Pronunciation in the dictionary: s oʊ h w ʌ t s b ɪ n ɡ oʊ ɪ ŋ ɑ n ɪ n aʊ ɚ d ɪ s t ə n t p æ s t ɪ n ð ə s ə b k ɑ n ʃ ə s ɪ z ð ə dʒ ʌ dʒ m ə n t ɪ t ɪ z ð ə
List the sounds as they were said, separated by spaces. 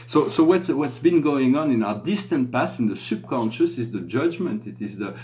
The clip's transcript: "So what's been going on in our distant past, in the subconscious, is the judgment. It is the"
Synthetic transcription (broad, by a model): s oʊ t w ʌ t s b ɪ n ɡ oʊ ɪ ŋ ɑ n ɪ n aʊ ɚ d ɪ s t ə n t p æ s ɪ n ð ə s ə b k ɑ n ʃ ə s ɪ z ð ə dʒ ʌ dʒ m ə n t ɪ t ɪ z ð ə